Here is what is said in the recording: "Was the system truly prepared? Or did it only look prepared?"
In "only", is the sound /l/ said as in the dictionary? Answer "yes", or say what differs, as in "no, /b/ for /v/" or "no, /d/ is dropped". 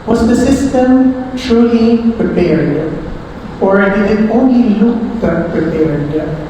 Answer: yes